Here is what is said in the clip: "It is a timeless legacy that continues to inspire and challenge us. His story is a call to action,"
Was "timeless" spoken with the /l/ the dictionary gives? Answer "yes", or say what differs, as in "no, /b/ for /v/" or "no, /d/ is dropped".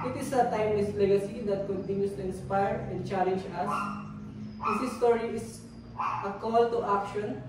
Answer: no, /w/ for /l/